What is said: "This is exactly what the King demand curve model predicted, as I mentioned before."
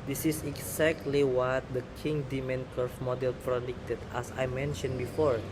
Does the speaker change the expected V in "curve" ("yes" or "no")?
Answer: yes